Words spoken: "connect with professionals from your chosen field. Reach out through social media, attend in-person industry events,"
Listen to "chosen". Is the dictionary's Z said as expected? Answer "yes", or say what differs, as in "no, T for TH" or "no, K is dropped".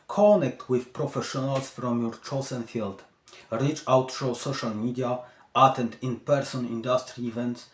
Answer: no, S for Z